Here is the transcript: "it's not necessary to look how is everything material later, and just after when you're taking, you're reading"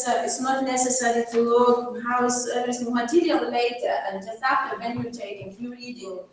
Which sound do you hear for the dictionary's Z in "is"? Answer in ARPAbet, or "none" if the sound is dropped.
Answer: S